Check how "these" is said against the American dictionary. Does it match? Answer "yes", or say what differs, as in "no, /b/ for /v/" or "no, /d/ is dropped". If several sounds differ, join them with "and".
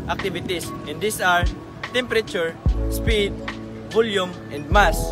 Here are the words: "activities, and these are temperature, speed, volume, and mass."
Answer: no, /s/ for /z/